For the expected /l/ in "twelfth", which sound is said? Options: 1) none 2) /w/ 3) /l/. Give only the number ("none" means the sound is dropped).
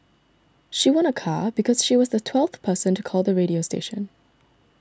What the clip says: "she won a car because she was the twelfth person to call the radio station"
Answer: 3